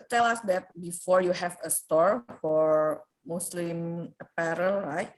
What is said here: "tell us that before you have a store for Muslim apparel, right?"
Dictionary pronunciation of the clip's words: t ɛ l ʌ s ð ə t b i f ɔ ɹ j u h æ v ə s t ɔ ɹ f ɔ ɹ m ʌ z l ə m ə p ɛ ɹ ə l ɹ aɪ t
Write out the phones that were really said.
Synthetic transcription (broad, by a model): t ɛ l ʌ s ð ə t b i f ɔ ɹ j u h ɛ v ə s t ɔ ɹ f ɔ ɹ m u s l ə m ə p ɛ ɹ ə l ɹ aɪ t